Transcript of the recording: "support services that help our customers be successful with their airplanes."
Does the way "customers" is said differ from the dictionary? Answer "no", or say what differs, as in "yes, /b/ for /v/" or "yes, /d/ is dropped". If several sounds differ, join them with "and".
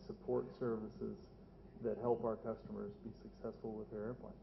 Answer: no